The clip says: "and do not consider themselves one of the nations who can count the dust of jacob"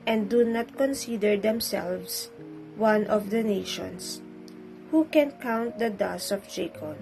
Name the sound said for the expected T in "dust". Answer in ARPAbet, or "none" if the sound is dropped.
none